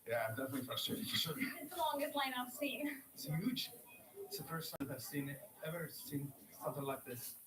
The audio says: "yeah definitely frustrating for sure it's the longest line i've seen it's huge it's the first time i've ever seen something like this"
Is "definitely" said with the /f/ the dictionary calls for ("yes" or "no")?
yes